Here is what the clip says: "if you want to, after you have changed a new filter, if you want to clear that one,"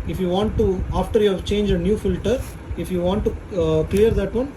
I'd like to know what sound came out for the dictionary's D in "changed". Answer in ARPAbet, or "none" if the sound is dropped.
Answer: none